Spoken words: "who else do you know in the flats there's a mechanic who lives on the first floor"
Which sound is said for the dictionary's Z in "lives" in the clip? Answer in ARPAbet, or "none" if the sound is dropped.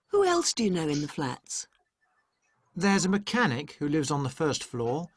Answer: Z